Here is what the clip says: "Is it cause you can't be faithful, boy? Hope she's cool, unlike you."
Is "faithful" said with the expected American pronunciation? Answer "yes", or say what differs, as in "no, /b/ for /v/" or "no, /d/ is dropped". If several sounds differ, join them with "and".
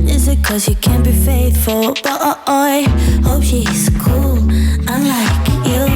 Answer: yes